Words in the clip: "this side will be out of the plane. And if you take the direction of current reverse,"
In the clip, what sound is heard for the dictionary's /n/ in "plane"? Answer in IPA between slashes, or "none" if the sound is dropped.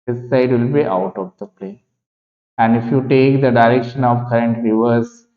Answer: none